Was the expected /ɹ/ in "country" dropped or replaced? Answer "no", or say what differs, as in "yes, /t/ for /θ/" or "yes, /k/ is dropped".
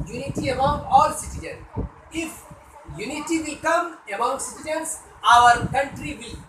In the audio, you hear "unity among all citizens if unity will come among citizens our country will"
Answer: no